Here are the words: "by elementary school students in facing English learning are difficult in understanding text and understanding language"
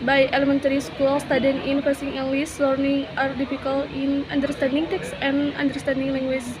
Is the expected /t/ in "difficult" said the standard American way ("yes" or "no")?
no